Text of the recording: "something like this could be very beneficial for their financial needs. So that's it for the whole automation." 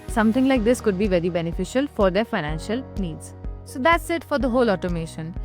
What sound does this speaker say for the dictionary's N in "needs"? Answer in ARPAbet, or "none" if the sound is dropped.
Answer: N